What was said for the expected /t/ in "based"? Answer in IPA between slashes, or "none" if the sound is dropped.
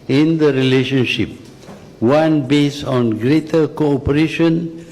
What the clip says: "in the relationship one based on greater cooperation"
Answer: none